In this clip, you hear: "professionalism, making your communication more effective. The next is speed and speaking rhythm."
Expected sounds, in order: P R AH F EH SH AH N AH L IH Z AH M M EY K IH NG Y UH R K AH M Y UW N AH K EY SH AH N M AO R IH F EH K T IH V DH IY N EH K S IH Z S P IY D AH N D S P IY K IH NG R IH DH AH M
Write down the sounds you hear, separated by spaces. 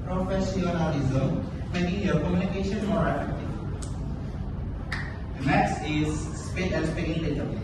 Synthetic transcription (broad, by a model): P R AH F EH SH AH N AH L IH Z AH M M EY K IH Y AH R K AH M Y UW N AH K EY SH AH N M AO R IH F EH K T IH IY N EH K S IH Z S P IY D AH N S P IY IH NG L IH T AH